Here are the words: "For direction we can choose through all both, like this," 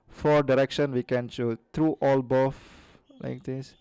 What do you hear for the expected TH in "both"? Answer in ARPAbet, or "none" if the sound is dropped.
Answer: F